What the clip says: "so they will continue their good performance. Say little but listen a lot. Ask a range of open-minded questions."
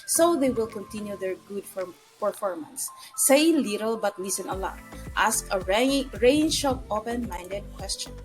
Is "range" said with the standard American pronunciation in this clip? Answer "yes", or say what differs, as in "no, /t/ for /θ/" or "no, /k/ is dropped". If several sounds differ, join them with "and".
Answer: no, /ʃ/ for /dʒ/